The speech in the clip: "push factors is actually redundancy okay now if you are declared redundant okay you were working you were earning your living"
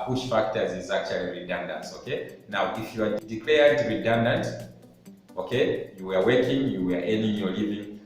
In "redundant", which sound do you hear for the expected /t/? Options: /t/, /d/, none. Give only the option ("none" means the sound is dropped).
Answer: /t/